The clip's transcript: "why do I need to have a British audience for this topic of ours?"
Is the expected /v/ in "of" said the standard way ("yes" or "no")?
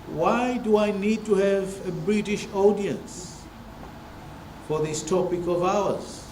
yes